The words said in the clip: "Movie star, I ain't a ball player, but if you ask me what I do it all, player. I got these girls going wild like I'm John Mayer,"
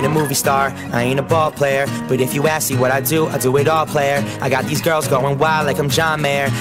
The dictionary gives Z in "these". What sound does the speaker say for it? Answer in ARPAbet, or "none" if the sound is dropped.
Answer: Z